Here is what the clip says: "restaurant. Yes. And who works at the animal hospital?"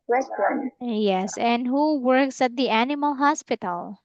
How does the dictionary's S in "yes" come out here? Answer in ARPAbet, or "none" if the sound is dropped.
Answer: S